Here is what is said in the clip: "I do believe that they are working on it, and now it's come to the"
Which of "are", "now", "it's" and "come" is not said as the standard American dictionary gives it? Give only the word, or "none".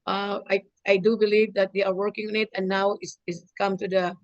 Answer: it's